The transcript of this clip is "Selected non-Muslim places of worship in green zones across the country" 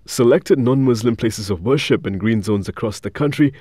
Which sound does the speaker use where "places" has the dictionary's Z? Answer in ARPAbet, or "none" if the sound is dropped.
Z